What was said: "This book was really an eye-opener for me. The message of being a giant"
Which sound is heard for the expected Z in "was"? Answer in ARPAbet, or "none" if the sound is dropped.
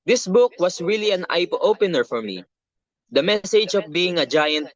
S